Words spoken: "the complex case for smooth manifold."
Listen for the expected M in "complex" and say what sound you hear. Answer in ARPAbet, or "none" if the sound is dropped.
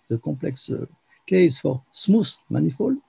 none